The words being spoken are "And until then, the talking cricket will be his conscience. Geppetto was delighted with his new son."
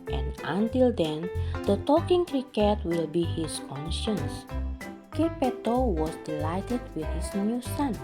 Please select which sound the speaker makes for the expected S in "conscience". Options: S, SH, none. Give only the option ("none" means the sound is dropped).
S